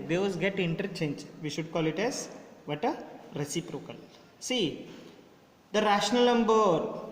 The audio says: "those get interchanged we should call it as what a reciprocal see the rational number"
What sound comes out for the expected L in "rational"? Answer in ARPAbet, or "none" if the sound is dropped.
L